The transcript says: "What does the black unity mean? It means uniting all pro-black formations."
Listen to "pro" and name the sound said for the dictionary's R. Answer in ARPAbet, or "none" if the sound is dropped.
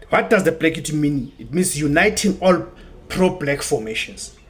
R